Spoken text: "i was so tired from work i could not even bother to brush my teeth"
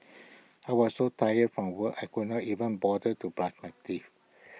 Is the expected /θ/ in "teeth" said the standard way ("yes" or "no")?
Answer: no